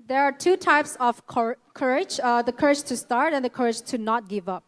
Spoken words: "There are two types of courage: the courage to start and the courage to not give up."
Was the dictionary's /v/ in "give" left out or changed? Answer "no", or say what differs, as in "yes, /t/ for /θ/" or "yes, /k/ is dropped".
no